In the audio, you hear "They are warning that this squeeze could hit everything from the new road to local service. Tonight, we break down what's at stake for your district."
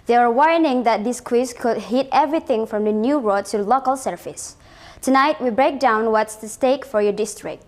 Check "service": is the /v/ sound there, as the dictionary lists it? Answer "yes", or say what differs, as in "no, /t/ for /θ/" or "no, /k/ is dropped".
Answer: no, /f/ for /v/